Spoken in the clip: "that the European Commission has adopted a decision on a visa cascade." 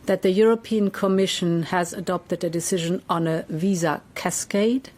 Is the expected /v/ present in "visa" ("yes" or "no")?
yes